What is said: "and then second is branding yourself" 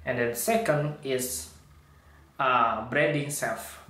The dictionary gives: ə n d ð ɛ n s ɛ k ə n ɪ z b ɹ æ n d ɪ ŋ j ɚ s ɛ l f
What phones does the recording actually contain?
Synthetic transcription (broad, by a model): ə n d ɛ n s ɛ k ə n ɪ s b ɹ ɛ d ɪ ŋ s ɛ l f